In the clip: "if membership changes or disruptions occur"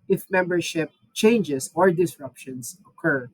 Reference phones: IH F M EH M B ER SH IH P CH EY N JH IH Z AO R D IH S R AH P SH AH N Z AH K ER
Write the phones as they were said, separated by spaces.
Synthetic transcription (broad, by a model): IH F M EH M B ER SH IH P CH EY N JH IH S AO R D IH S R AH P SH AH N S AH K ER